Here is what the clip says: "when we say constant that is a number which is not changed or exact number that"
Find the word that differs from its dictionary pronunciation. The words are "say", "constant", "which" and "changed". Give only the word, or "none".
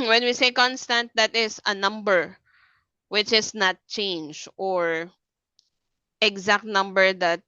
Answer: changed